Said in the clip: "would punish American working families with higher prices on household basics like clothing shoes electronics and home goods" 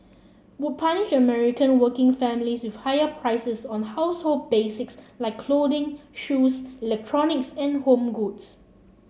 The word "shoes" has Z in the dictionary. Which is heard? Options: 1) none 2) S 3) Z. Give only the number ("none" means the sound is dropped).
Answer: 2